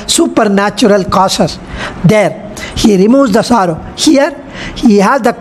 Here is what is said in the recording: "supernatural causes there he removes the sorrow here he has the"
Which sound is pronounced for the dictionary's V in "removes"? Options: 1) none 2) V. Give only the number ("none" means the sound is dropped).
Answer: 1